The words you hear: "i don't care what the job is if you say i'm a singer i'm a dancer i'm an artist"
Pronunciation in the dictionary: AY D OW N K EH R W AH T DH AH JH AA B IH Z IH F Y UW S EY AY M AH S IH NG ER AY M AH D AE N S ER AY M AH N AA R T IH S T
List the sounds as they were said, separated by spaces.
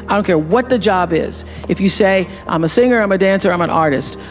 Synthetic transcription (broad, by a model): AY D OW N K EH R W AH T DH AH JH AA B IH Z IH F Y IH S EY AY M AH S IH NG ER AY M AH D AE N S ER AY M AH N AA R T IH S T